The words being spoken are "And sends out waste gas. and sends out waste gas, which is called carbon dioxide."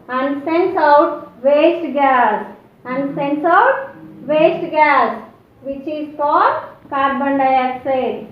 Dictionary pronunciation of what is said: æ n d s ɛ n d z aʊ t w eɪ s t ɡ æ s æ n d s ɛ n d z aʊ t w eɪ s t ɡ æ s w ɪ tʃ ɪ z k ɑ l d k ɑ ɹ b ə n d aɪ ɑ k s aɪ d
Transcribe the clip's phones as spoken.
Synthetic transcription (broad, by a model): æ n d s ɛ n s aʊ t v eɪ s t ɡ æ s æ n d s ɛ n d s aʊ t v eɪ s t ɡ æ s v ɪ tʃ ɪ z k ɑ d k ɑ ɹ b ə n d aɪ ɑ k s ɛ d